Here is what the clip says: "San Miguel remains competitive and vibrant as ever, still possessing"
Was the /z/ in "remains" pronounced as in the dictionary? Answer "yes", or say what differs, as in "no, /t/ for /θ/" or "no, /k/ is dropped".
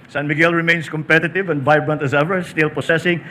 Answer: no, /s/ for /z/